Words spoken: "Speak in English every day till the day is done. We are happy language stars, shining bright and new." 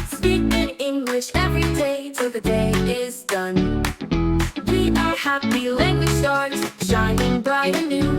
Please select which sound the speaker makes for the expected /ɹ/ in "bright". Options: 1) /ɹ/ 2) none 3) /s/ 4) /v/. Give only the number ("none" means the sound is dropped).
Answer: 2